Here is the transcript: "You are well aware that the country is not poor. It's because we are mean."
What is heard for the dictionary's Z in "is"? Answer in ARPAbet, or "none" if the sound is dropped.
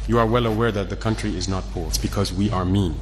Z